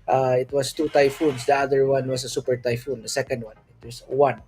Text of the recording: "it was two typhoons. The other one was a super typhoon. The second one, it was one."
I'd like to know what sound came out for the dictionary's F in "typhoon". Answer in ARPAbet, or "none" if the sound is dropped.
F